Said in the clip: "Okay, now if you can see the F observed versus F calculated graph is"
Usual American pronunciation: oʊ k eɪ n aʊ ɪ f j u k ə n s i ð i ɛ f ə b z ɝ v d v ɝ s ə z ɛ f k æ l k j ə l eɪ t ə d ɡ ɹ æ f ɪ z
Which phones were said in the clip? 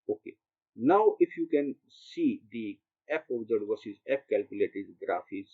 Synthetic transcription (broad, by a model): oʊ k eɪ n aʊ ɪ f j u k ə n s i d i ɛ p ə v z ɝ d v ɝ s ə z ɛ p k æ l k j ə l eɪ t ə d ɡ ɹ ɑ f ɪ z